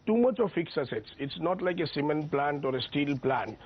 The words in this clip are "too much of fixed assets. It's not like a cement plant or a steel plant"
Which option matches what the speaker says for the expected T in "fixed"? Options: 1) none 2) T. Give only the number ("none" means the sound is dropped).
1